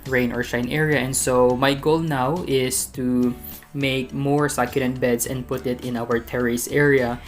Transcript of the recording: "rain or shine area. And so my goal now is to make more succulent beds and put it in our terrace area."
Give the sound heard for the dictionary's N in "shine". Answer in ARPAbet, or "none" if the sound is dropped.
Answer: N